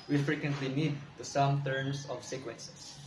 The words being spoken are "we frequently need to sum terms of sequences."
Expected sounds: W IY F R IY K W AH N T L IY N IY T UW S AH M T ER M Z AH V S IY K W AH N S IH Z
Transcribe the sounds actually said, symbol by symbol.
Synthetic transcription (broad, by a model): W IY F R IY K W AH N T L IY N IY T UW S AH M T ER M S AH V S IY K W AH N S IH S